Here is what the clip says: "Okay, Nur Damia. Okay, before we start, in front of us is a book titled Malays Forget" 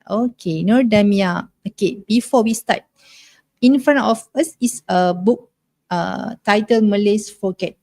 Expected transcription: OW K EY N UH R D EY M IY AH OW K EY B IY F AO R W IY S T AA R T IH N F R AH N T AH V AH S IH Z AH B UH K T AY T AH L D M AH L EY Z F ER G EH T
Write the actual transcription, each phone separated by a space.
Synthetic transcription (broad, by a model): OW K EY N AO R D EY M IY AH OW K EY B IY F AO W IY S T AA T IH N F R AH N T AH F AH S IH S AH B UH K T AY T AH L M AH L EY S F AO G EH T